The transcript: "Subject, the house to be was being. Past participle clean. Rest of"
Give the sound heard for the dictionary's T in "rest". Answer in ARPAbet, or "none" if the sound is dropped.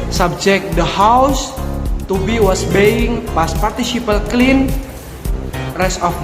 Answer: none